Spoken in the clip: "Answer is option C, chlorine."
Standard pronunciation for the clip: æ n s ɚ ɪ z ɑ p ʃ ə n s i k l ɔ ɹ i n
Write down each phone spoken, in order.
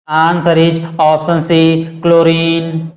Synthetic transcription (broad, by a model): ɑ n s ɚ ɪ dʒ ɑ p s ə n s i k l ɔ ɹ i n